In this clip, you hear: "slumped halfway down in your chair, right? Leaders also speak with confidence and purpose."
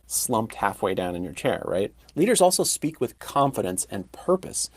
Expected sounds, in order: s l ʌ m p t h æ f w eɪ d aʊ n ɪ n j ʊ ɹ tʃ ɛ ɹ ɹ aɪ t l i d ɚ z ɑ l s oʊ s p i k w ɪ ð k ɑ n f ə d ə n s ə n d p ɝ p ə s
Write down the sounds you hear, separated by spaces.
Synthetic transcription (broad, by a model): s l ʌ m p t h æ f w eɪ d aʊ n ɪ n j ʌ ɹ tʃ ɛ ɹ ɹ aɪ t l i d ɚ z ɑ l s oʊ s p i k w ɪ ð k ɑ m f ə d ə n s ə n p ɝ p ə s